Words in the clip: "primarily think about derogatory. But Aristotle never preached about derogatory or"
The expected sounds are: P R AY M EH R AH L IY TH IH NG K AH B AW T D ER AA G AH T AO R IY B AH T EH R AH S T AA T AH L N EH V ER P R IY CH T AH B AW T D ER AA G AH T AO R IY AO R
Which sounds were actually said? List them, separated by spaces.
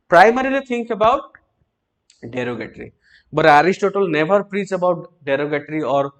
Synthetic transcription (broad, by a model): P R AY M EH R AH L IY T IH NG K AH B AW T D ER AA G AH T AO R IY B AH T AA R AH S T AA T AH L N EH V ER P R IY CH AH B AW T D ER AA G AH T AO R IY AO R